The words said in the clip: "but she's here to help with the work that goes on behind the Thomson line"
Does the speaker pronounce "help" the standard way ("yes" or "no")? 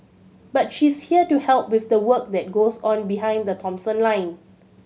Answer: yes